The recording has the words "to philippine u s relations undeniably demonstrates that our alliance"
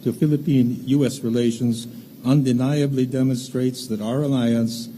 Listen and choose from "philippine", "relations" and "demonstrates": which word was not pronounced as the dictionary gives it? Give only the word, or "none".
none